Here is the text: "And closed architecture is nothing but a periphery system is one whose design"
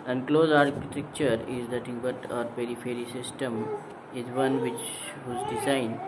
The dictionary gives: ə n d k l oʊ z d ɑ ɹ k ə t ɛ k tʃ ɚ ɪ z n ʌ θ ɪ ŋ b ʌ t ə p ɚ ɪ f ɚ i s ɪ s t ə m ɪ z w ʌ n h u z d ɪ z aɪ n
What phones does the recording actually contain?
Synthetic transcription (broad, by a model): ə n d k l oʊ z ɑ ɹ k ə t ɛ k tʃ ɚ ɪ z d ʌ t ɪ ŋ b ʌ t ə p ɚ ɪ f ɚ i s ɪ s t ə m ɪ z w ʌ n h u z d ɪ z aɪ n